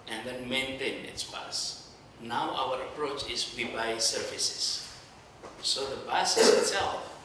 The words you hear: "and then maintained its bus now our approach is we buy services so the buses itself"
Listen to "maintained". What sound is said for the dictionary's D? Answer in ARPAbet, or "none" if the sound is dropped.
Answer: none